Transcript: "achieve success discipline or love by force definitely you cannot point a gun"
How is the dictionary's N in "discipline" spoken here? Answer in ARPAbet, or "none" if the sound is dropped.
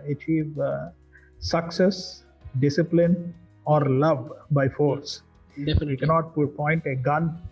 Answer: N